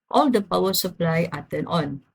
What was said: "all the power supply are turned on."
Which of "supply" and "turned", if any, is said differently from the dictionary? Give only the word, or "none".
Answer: turned